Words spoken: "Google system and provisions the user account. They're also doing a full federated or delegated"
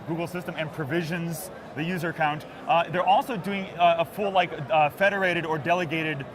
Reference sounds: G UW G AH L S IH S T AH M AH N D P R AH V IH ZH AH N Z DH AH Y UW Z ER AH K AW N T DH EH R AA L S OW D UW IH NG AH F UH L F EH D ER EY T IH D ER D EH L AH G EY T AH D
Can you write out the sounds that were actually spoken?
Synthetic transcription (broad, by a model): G UW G L S IH S T AH M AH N P R AH V IH ZH AH N Z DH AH Y UW Z ER AH K AW N T DH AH R AA L S OW D UW IH NG AH F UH L F EH D ER EY T IH D ER D EH L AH G EY T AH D